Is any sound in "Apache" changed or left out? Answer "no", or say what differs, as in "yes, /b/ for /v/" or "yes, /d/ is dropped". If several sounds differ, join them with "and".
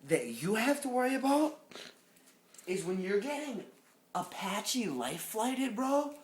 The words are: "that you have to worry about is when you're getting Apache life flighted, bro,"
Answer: no